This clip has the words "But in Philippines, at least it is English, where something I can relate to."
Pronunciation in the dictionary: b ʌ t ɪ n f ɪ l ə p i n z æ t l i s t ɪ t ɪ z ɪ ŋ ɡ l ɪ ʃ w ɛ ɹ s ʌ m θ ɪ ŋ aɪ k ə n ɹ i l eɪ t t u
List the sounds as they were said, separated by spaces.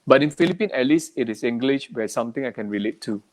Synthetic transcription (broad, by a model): b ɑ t ɪ n f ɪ l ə p i n ɛ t l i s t ɪ t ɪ s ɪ ŋ ɡ l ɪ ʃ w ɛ s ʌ m t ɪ ŋ aɪ k ə n ɹ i l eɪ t t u